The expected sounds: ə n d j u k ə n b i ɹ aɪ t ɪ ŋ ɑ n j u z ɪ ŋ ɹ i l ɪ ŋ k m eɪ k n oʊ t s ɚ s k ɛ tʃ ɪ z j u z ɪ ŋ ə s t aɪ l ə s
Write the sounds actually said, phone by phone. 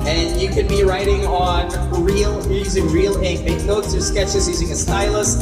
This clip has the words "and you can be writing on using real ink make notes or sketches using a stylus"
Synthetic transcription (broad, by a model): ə n j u k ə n b i ɹ aɪ t ɪ ŋ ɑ n j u z ɪ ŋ ɹ i l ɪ k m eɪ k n oʊ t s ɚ s k ɛ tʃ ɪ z j u z ɪ ŋ ə s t aɪ l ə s